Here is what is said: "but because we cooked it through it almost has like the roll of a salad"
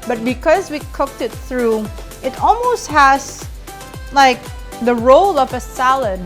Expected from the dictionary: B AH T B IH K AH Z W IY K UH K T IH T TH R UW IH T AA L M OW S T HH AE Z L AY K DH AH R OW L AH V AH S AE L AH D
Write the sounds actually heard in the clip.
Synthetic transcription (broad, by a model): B AH T B IH K AH Z W IY K UH K T IH T TH R UW IH T AA L M OW S T HH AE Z L AY K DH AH R OW L AH V AH S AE L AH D